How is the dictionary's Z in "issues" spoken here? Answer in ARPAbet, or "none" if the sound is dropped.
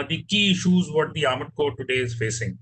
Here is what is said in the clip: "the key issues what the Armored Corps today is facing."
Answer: Z